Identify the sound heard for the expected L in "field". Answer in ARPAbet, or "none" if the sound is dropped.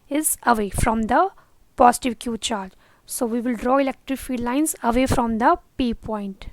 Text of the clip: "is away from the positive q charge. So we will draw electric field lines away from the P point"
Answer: none